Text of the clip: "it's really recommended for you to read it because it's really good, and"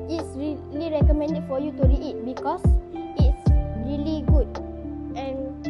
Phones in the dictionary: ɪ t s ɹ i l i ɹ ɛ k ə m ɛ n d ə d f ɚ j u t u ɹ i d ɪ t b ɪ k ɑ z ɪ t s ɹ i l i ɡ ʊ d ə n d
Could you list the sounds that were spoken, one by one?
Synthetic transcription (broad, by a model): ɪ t s ɹ i l i ɹ ɛ k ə m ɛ n d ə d f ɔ j u t u ɹ i ɪ t b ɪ k ɑ s ɪ t s ɹ i l i ɡ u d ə n